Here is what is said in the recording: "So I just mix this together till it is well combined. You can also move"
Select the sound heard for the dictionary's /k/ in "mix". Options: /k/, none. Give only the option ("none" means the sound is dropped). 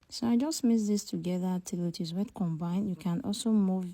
none